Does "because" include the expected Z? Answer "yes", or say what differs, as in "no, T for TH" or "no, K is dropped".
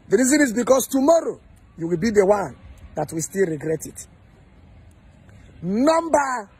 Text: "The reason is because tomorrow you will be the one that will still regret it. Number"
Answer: no, S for Z